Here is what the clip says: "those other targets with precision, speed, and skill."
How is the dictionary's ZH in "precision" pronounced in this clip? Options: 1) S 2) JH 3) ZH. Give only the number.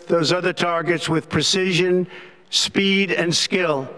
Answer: 3